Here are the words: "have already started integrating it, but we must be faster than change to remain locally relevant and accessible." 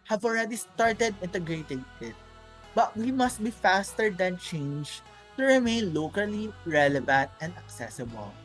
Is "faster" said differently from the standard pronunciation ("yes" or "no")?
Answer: no